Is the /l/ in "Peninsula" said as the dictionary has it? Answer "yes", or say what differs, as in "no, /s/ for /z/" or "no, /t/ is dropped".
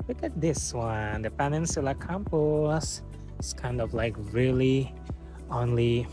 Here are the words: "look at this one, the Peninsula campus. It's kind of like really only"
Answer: yes